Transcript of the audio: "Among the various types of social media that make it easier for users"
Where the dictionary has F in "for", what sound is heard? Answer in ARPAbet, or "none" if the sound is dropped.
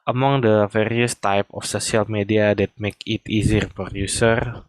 P